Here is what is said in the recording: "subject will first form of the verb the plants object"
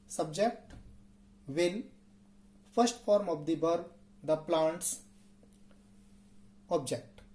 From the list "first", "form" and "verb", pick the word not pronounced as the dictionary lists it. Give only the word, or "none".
verb